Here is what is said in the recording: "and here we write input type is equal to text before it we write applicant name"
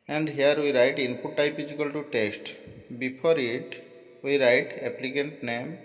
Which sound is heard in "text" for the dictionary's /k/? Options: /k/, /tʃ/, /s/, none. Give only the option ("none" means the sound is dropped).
none